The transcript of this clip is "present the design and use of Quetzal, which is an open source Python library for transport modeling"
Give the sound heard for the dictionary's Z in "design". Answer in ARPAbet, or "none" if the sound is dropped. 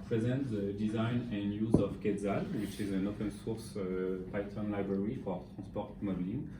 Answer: Z